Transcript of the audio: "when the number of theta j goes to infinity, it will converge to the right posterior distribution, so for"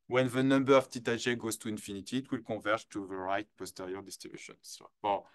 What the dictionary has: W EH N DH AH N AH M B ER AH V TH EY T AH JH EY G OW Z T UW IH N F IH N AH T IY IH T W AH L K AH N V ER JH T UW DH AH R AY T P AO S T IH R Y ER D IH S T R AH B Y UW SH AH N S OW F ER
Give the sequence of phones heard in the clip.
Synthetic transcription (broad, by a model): W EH N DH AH N AH M B ER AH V T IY T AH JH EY G OW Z T UW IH N F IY N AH T IY T W AH L K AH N V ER T UW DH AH R AY T P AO S T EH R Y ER D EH S T AH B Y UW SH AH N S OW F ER